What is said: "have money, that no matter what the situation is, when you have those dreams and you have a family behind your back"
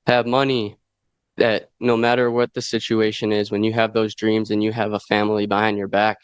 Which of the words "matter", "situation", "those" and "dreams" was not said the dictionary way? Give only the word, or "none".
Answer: none